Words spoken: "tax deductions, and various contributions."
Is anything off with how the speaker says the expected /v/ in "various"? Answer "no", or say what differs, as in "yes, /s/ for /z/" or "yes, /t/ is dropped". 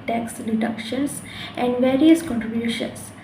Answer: no